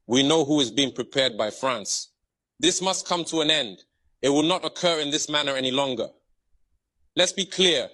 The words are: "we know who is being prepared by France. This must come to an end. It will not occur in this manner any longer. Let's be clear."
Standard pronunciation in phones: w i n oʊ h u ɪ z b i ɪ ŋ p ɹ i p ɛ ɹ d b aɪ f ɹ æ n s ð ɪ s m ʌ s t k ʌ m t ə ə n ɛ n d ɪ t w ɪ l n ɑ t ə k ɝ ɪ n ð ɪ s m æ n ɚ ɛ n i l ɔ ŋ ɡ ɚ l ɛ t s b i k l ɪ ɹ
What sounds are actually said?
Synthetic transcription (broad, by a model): w i n oʊ h u ɪ z b i ɪ ŋ p ɹ i p ɛ ɹ d b aɪ f ɹ æ n s ð ɪ s m ʌ s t k ʌ m t ə ə n ɛ n d ɪ t w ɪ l n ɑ t ə k ɝ ɪ n ð ɪ s m æ n ɚ ɛ n i l ɔ ŋ ɡ ɚ l ɛ t s b i k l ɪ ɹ